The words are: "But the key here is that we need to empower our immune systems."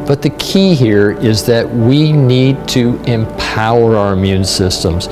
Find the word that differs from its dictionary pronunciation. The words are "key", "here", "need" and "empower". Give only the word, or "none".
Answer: none